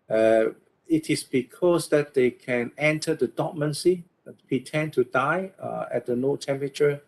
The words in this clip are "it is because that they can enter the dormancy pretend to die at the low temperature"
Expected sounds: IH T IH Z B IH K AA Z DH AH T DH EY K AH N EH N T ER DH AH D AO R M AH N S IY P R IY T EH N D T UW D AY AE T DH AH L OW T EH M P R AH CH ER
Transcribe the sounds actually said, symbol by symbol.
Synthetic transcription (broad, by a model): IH T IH S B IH K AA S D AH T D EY K AH N EH N T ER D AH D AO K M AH N S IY P R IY T EH N T UW D AY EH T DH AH N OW T EH M P R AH CH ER